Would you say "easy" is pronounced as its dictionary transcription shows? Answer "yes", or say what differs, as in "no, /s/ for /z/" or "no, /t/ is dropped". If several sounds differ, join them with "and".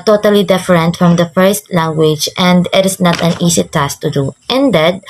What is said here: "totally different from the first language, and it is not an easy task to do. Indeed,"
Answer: no, /s/ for /z/